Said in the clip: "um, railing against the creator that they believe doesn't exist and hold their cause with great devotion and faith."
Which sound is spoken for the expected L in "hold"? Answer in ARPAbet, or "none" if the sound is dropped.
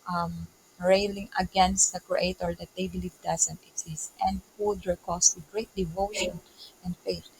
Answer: none